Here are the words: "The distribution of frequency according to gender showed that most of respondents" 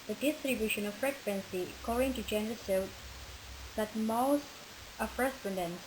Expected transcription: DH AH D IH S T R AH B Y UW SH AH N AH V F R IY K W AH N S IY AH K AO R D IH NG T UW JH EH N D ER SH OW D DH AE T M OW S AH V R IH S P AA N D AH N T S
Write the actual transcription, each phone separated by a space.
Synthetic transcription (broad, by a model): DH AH D IH S T R AH B Y UW SH AH N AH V F R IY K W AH N S IY AH K AO R D IH NG T UW JH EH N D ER S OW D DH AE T M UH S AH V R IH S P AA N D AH N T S